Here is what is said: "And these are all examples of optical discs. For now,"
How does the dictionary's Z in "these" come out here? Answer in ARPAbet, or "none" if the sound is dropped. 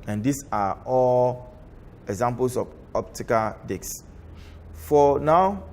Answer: S